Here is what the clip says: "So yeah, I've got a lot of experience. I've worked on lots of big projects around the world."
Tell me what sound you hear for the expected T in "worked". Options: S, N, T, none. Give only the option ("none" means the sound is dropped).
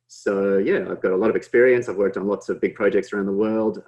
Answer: T